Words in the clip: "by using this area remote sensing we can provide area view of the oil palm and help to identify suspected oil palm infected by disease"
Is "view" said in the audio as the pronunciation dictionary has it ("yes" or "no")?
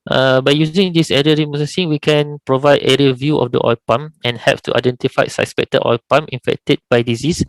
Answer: yes